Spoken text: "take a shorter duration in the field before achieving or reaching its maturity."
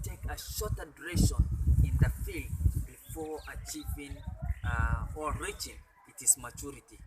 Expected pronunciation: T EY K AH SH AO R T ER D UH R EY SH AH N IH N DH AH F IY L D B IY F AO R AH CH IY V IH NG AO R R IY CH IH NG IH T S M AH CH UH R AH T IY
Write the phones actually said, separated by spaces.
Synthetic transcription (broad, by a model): T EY K AH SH AO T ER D R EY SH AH N IH N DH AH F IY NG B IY F AO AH CH IY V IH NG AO L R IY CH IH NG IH T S M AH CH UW R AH T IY